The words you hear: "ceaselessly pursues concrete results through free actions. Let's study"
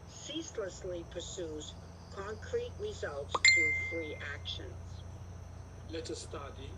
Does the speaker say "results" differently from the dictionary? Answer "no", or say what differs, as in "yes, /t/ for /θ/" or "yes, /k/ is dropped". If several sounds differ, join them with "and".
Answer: no